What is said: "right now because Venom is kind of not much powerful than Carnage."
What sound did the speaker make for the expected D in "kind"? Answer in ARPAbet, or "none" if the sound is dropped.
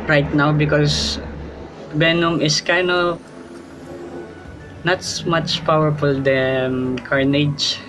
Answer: none